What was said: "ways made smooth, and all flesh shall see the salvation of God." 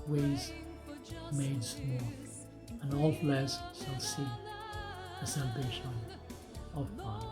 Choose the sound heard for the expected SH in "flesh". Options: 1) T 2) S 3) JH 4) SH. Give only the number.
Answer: 2